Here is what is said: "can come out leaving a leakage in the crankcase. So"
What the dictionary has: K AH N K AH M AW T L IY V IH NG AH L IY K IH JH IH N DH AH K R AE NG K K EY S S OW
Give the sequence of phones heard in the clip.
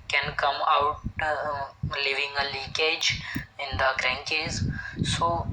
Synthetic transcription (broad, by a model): K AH N K AH M AW T L IY V IH NG AH L IY K IH JH IH N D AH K R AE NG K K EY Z S OW